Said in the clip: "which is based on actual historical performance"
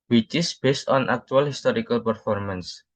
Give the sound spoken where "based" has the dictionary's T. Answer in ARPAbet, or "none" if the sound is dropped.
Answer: T